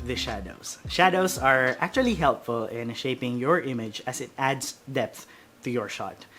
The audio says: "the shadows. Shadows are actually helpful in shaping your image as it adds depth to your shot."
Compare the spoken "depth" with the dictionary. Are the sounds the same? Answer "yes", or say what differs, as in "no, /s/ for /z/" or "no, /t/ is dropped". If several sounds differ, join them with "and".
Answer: yes